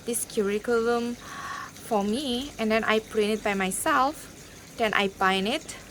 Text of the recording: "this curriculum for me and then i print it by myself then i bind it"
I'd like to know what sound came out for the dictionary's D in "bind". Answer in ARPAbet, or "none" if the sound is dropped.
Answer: none